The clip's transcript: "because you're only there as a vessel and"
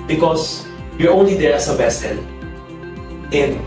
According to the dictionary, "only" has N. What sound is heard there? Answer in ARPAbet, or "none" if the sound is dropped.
N